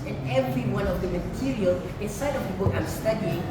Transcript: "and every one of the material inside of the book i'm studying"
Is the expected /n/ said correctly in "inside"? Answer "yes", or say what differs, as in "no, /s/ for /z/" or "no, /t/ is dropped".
yes